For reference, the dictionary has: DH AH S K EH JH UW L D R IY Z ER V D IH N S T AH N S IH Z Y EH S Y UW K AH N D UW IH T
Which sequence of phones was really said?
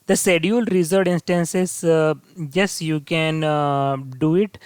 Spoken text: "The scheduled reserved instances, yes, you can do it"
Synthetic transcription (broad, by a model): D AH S EH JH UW L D R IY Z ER D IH N S T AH N S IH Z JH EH S Y UW K AH N D UW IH T